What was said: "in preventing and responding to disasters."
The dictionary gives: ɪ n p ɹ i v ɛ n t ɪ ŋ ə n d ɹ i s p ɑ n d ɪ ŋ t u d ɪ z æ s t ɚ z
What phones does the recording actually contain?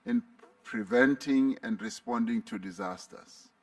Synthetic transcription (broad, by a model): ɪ n p ɹ i v ɛ n t ɪ ŋ ə n d ɹ i s p ɑ n d ɪ ŋ t u d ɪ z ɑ s t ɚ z